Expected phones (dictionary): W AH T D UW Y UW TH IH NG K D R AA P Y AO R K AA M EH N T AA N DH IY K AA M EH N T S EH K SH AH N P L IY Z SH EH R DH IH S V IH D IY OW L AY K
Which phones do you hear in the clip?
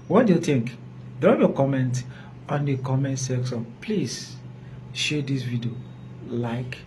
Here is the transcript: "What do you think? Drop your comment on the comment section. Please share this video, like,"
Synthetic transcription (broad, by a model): W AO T D UW Y UW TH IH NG K D R AA P Y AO K AA M EH N T AA N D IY K AA M EH N T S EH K S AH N P L IY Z SH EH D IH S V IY D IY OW L AY K